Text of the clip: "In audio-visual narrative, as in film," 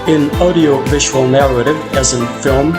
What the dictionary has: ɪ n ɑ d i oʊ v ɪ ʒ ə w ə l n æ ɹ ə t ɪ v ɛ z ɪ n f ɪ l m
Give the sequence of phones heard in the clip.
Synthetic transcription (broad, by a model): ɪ n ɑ d i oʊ v ɪ ʒ ə w ə l n æ ɹ ə t ɪ v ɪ z ɪ n f ɪ l m